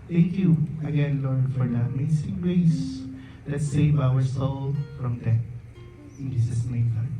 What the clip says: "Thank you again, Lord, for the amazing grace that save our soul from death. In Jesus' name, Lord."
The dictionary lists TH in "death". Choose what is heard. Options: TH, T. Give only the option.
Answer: T